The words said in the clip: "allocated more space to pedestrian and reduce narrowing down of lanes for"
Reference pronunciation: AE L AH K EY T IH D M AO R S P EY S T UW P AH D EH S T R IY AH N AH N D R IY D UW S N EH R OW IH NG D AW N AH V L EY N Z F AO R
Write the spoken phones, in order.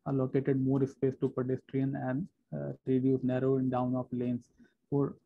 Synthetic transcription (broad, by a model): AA L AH K EY T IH D M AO R S P EY S T UW P AH D EH S T R IY AH N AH N D R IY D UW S N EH R OW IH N D AW N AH F L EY N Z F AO R